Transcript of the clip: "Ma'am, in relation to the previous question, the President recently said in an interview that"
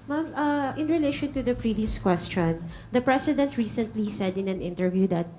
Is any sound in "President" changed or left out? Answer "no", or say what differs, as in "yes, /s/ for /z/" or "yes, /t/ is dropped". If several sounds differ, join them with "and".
yes, /s/ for /z/